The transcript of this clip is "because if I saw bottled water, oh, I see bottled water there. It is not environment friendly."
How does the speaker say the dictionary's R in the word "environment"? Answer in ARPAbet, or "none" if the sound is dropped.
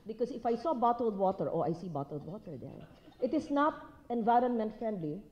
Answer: R